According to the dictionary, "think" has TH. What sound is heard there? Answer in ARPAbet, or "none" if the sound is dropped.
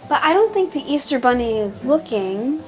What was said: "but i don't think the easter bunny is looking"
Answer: TH